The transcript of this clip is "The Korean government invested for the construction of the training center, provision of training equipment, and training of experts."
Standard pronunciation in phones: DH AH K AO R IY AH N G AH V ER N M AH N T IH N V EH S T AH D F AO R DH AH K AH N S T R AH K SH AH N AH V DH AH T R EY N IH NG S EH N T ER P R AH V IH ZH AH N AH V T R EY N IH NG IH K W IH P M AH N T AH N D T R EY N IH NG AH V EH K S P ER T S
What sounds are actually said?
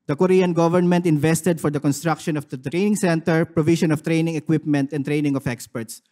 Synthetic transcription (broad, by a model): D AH K AO R IY AH N G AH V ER N M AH N T IH N V EH S T AH D F AO R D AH K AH N S T R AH K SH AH N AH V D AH T R EY N IH NG S EH N T ER P R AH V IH SH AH N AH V T R EY N IH NG IH K W IH P M AH N T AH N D T R EY N IH NG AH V EH K S P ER T S